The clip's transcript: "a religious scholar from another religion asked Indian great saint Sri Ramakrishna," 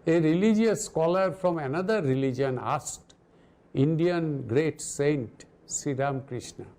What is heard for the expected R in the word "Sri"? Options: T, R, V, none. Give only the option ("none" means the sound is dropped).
none